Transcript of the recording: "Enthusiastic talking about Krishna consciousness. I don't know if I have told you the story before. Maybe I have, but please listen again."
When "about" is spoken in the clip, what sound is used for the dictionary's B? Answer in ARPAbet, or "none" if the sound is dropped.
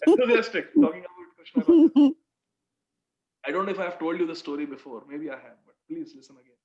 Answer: none